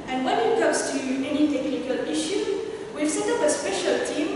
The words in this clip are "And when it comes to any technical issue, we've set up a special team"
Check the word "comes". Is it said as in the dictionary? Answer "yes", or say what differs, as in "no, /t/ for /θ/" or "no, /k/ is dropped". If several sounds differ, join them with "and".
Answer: no, /s/ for /z/